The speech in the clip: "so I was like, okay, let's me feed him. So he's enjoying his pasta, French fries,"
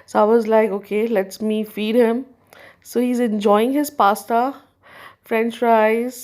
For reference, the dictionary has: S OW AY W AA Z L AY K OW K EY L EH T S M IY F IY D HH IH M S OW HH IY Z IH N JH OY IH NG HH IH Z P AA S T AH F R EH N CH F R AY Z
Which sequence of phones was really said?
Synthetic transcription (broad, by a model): S OW AY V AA Z L AY K OW K EY L EH T S M IY F IY D HH IH M S OW HH IY Z IH N JH OY IH NG HH IH Z P AA S T AH F R EH N CH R AY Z